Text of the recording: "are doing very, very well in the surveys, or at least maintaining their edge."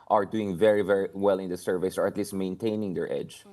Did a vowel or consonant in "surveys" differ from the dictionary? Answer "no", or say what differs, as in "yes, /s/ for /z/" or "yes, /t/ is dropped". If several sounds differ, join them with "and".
yes, /s/ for /z/